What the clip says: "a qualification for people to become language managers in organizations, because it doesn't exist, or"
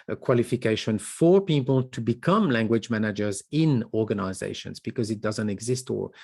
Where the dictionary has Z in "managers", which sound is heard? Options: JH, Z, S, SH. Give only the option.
Z